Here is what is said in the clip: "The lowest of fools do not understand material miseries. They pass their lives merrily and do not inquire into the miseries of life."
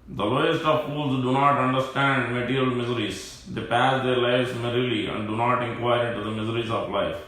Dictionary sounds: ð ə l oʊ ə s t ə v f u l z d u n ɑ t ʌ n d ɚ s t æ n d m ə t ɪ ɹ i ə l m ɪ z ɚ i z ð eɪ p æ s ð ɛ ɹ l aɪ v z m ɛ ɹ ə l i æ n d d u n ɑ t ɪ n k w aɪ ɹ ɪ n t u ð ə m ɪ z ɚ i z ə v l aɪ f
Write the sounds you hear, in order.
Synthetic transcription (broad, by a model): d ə l oʊ ə s t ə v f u l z d u n ɑ t ʌ n d ɚ s t æ n d m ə t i ɹ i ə l m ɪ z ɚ i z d eɪ p æ s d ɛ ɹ l aɪ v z m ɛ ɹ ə l i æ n d d u n ɑ t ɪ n k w aɪ ɹ ɪ n t u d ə m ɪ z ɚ i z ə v l aɪ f